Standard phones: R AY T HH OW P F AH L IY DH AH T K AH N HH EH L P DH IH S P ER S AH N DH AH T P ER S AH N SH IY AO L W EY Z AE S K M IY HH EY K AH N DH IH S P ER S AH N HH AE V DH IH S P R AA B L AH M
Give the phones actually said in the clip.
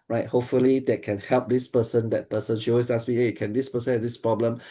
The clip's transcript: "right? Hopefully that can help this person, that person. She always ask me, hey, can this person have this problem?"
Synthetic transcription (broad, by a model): R AY T HH OW P F AH L IY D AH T K AH N HH EH L P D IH S P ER S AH N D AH T P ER S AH N SH IY AO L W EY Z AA S M IY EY K AH N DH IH S P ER S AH N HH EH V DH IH S P R AA B L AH M